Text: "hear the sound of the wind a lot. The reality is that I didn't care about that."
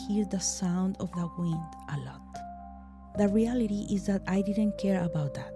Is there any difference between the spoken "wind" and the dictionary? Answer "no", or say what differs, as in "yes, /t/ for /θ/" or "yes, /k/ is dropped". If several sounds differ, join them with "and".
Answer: no